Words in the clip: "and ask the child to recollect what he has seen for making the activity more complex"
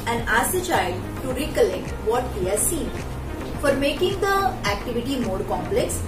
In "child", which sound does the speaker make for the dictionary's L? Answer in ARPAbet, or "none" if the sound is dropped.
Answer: none